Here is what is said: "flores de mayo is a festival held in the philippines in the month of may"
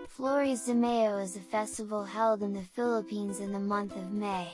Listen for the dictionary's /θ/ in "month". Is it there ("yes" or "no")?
yes